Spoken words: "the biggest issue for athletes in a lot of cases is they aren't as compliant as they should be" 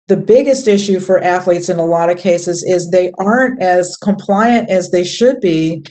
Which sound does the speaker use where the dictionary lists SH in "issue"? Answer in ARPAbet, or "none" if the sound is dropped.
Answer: SH